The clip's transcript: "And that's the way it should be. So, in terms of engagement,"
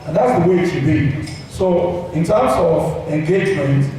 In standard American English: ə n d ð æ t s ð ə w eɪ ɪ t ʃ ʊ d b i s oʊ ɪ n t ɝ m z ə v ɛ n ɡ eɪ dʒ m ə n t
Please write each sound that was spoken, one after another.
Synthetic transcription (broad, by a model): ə n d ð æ t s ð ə w eɪ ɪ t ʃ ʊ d b i s oʊ ɪ n t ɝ m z ə v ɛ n ɡ eɪ dʒ m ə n t